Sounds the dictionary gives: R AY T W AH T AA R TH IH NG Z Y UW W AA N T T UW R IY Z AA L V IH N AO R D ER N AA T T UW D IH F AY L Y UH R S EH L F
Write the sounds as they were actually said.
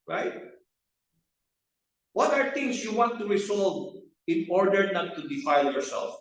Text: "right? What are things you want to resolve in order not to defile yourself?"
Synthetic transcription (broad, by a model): R AY T W AH T AA R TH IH NG S Y UW W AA N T T UW R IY S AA L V IH N AO R D ER N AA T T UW D IH F AY L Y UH R S EH L F